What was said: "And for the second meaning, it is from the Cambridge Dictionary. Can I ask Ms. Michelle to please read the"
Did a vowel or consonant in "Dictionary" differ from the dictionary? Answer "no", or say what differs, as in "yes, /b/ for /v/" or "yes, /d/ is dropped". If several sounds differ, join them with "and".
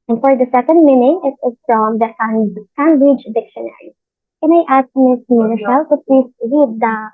no